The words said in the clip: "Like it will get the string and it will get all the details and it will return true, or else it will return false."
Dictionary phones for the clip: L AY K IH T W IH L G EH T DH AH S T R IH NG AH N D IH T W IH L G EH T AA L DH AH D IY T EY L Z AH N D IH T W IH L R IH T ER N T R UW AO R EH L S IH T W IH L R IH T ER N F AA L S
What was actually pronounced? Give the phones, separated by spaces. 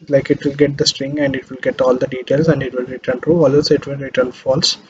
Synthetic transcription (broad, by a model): L AY K IH T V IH L G EH T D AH S T R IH NG AH N D IH T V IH L G EH T AA L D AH D IY T EY L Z AH N D IH T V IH L R IH T ER N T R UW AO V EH S IH T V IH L R IH T ER N F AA L S